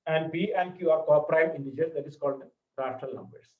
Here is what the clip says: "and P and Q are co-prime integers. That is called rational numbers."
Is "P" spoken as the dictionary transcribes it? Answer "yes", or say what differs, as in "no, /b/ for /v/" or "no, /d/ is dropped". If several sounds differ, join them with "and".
no, /b/ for /p/